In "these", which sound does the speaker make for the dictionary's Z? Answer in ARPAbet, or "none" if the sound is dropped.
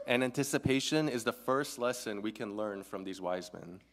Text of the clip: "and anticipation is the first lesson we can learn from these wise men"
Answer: Z